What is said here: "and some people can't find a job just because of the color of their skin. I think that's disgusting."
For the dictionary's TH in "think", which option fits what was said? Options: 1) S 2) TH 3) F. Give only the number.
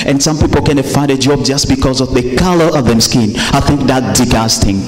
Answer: 2